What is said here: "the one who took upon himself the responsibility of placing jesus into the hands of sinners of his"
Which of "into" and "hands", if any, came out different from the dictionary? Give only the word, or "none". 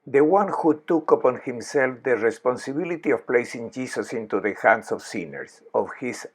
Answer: hands